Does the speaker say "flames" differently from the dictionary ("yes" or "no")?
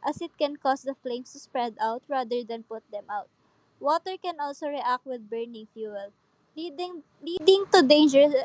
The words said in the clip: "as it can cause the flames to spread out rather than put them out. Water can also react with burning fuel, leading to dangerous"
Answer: yes